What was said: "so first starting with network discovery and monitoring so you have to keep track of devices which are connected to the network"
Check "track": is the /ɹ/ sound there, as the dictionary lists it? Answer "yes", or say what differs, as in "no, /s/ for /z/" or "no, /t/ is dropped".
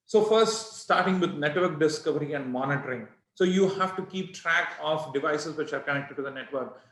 yes